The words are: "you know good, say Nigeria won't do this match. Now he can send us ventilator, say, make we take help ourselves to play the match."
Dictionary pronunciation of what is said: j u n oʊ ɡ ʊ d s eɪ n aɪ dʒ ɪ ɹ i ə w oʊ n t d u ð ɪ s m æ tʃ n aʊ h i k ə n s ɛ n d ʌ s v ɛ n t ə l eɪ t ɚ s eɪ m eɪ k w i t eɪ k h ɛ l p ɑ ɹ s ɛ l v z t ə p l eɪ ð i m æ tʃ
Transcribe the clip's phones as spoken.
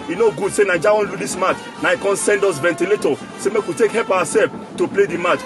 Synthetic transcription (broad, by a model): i n oʊ ɡ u d s eɪ n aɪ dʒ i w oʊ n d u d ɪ s m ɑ tʃ n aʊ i k ə n s ɛ n d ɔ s v ɛ n t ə l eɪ t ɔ s eɪ m eɪ k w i t eɪ k h ɛ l p ɑ w s ɛ l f t ə p l eɪ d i m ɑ tʃ